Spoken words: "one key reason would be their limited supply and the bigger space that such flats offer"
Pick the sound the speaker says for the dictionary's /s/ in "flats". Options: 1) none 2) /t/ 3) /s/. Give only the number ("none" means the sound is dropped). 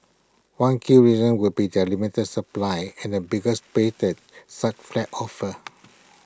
1